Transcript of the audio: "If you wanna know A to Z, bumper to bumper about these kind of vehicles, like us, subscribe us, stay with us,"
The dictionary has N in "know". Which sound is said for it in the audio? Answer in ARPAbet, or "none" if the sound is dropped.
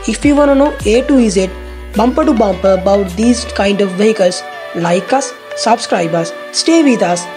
N